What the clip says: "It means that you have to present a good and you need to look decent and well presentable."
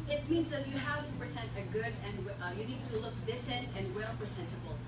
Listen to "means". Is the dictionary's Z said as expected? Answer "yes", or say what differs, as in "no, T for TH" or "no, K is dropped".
yes